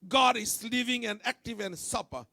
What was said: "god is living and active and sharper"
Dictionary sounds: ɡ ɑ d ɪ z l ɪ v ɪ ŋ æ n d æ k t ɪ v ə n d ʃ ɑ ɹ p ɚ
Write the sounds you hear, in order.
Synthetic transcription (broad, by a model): ɡ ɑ d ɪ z l ɪ v ɪ ŋ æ n æ k t ɪ v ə n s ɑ p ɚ